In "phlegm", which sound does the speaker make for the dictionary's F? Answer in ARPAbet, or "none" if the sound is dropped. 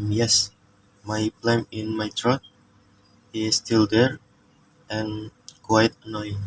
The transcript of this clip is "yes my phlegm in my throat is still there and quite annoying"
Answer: P